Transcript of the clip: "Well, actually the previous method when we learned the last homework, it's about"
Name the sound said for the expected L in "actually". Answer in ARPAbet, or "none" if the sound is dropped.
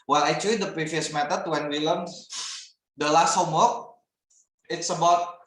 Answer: none